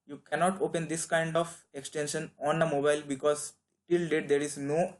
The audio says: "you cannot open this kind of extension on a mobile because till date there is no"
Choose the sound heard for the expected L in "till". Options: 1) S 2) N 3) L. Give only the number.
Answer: 3